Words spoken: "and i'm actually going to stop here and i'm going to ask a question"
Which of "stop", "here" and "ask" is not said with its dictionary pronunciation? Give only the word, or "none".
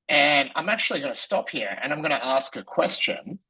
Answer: none